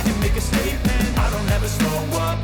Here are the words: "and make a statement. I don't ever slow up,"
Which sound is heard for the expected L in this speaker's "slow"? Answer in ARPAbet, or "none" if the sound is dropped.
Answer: none